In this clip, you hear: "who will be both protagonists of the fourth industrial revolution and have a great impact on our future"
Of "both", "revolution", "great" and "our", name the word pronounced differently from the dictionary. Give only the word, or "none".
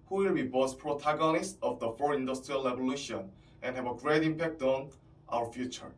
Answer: both